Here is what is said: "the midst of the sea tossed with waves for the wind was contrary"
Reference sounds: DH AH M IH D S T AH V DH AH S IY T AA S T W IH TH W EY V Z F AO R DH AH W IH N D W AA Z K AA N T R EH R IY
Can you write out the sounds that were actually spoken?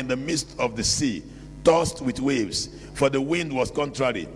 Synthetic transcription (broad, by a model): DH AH M IH D S T AH V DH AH S IY T AA S T W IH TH W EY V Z F AO R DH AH W IH N D W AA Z K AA N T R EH R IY